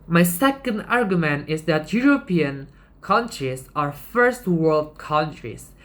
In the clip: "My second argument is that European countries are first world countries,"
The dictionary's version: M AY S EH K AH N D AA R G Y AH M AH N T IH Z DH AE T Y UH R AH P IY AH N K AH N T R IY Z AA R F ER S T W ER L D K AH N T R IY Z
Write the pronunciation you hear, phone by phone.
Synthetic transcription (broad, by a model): M AY S EH K AH N D AA R G Y AH M AH N T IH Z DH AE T Y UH R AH P IY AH N K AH N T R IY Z AA R F ER S T W ER L D K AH N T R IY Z